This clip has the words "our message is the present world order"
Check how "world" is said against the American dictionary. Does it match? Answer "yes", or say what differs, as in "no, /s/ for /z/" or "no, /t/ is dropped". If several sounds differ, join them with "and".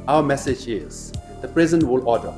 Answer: no, /d/ is dropped